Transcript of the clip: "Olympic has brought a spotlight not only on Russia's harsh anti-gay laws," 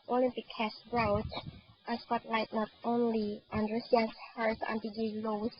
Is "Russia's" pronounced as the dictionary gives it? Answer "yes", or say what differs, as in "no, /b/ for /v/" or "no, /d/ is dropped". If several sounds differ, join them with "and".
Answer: no, /s/ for /ʃ/